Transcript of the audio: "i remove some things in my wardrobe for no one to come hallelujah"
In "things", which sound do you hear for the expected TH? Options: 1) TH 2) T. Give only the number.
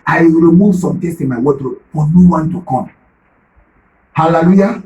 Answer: 2